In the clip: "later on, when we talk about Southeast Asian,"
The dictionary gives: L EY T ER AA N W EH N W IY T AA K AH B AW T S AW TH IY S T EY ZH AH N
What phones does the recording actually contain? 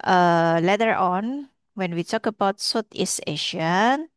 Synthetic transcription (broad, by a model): L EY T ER AA N W EH N W IY T AA K AH B AW T S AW T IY S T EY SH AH N